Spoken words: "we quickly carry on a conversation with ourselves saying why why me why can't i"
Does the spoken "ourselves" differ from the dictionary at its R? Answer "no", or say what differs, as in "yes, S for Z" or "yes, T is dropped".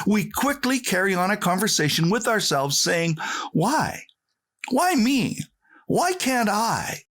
no